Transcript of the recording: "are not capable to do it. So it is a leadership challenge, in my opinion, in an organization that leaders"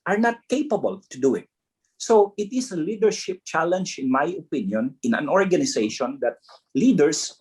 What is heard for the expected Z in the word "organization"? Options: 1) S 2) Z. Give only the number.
1